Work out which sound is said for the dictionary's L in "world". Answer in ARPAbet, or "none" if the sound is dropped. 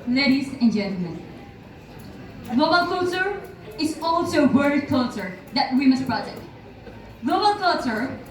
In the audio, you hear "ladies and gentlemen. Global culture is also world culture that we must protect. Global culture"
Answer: none